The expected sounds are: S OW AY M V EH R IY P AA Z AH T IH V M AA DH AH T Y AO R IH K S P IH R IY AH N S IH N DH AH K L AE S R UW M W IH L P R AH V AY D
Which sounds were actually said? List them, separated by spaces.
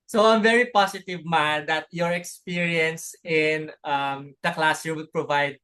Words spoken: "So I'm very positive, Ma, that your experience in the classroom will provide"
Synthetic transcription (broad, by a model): S OW AY M V EH R IY P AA S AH T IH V M AA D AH T Y AO R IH K S P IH R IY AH N S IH N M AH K L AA S UW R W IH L P R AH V AY D